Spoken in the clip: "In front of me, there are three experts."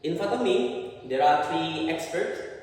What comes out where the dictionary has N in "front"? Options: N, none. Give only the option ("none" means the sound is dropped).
none